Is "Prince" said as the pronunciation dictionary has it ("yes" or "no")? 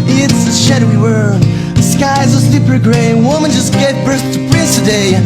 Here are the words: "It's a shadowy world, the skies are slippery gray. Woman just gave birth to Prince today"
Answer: no